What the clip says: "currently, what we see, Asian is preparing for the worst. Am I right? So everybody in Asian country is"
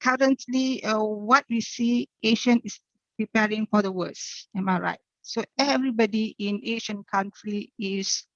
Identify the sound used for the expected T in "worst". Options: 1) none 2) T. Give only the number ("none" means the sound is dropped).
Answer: 1